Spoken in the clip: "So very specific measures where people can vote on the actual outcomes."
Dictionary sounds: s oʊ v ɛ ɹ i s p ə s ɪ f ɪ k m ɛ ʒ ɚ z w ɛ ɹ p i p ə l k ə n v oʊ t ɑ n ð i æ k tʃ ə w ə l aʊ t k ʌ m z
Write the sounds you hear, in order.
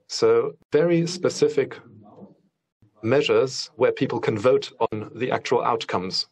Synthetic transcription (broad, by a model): s oʊ v ɛ ɹ i s p ə s ɪ f ɪ k m ɛ ʒ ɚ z w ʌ p i p ə l k ə n v oʊ t n ð i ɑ k tʃ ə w ə l aʊ t k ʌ m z